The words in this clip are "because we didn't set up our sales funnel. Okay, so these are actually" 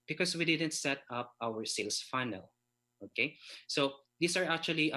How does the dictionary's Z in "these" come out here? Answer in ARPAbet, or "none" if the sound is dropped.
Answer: S